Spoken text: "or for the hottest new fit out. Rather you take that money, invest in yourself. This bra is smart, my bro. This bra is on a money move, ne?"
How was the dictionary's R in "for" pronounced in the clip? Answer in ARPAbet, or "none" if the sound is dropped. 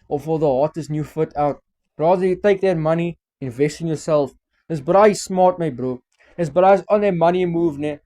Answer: L